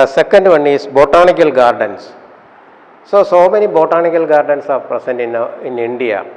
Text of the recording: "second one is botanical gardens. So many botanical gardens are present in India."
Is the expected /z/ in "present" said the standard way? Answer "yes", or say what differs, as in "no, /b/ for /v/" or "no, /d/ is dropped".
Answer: no, /s/ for /z/